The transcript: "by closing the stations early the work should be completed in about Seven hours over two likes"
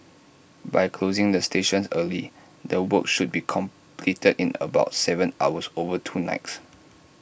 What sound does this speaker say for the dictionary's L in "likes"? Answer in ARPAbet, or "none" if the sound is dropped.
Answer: N